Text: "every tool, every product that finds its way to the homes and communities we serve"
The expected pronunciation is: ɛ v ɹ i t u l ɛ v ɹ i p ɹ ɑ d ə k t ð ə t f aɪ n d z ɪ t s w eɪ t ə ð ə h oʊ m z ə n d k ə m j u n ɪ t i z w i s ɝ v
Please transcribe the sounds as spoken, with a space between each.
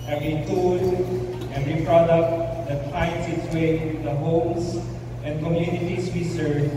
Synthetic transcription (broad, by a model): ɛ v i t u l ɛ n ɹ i p ɹ ɑ d ə k t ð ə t p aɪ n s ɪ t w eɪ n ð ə h oʊ m s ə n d k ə m j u n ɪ t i s w i s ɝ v